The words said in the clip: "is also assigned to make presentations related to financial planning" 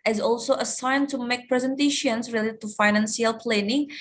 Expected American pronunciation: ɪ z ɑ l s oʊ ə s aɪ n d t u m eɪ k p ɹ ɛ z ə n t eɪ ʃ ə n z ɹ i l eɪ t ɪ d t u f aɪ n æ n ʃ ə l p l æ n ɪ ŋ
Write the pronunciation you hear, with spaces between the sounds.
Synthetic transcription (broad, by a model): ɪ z ɑ l s oʊ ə s aɪ n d t u m eɪ k p ɹ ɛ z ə n t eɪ ʃ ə n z ɹ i l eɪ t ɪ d t u f aɪ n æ n s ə l p l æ n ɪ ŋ